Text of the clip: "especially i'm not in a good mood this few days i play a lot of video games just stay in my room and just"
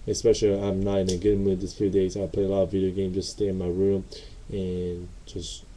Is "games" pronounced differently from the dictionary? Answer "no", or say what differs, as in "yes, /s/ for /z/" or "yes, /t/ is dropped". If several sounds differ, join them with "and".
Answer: yes, /z/ is dropped